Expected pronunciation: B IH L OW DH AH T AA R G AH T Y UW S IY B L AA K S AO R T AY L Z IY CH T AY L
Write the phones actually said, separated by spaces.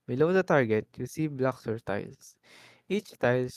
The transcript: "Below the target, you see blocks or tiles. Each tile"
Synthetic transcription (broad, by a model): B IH L OW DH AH T AA R G AH T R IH S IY B L AA K S AO R T AY L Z IY CH T AY L